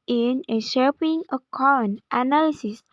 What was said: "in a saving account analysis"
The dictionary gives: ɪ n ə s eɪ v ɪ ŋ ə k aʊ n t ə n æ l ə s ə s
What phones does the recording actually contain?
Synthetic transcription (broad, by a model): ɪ n ə ʃ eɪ p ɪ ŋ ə k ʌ n t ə n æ l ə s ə s